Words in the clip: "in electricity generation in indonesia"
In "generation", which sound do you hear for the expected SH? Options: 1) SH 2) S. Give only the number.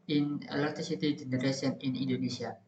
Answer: 2